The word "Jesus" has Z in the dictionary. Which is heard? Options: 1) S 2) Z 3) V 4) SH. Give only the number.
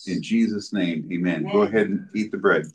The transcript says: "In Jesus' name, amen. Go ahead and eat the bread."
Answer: 2